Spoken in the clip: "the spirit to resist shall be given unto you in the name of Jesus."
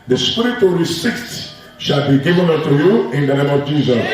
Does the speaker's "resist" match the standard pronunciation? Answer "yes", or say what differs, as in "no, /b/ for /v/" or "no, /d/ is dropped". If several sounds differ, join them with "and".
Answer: no, /s/ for /z/